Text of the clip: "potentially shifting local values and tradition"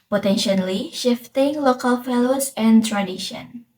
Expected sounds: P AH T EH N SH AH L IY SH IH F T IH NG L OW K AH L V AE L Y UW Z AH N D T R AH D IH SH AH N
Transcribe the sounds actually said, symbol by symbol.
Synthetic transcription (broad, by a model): P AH T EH N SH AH L IY SH IH F T IH NG L OW K AH L F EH L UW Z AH N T R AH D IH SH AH N